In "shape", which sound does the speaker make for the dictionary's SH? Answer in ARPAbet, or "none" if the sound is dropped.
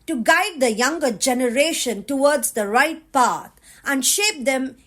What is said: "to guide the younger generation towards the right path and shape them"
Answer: SH